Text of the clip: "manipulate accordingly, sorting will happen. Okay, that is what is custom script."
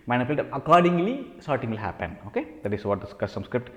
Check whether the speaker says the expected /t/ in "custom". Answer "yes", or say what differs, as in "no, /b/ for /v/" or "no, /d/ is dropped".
no, /s/ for /t/